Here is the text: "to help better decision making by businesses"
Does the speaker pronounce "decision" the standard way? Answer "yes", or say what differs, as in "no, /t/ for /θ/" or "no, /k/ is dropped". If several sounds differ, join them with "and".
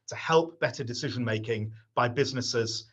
yes